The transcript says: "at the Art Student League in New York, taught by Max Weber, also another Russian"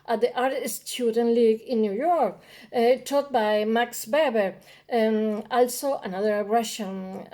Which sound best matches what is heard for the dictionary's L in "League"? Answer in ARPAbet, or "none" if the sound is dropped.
L